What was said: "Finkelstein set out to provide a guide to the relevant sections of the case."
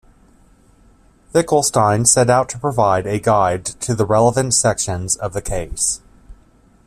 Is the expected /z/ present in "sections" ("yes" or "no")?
yes